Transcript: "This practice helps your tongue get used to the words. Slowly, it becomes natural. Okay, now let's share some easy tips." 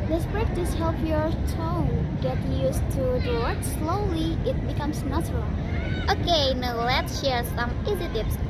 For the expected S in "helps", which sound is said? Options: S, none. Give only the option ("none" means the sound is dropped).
none